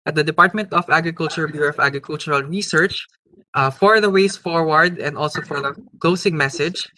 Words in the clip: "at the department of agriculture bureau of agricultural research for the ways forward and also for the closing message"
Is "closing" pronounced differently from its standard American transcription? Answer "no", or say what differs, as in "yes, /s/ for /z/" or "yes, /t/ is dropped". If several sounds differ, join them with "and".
yes, /s/ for /z/